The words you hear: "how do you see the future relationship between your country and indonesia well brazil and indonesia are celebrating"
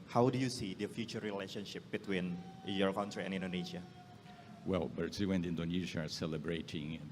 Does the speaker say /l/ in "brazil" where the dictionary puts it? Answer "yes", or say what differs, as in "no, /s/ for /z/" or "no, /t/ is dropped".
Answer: no, /w/ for /l/